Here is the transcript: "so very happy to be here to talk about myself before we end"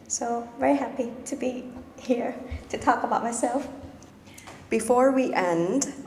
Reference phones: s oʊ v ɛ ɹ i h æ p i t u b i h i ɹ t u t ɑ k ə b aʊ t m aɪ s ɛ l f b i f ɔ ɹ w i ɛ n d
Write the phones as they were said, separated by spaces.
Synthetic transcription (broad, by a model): s oʊ v ɛ ɹ i h æ p i t u b i h i ɹ t u t ɑ k ə b aʊ t m aɪ s ɛ l f b i f ɔ ɹ w i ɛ n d